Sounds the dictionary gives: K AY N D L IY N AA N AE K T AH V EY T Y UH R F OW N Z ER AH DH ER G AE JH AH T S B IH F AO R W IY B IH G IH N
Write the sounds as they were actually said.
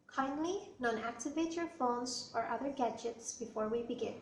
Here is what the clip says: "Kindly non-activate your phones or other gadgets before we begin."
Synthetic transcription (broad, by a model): K AY N D L IY N AA N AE K T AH V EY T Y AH R F OW N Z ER AH DH ER G AE JH AH T S B IH F AO R W IY B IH G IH N